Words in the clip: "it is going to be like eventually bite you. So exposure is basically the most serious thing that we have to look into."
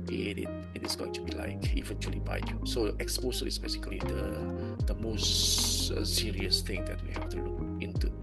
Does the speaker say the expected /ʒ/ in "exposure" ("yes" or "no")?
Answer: no